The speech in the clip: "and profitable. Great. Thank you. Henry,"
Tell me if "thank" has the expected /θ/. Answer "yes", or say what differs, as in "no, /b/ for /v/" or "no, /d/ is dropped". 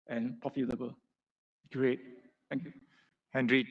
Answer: no, /t/ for /θ/